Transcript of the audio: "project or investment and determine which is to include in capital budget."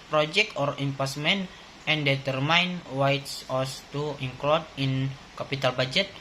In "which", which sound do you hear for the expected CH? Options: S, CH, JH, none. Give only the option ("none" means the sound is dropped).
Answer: S